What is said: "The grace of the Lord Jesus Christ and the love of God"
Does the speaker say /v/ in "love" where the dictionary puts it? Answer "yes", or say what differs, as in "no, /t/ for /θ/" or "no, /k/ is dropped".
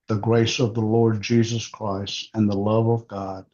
yes